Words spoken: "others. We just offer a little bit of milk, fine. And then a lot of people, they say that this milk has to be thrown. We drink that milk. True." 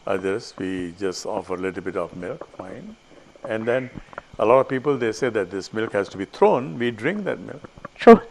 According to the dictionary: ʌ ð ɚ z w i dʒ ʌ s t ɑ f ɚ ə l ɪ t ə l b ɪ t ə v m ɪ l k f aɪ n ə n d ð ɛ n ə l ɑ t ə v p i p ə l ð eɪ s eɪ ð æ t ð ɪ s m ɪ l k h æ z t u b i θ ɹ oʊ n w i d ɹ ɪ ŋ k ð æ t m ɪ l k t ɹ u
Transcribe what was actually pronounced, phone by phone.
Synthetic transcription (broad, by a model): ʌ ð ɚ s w i dʒ ʌ s t ɑ f ɚ ə l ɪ t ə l b ɪ t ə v m ɪ l k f aɪ n ə n d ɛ n ə l ɑ t ə v p i p ə l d eɪ s eɪ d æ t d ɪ s m ɪ l k h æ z t u b i t ɹ oʊ n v i d ɹ ɪ ŋ k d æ t m ɪ l k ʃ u